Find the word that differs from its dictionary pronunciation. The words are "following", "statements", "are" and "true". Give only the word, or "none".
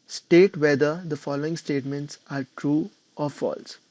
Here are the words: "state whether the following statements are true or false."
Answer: none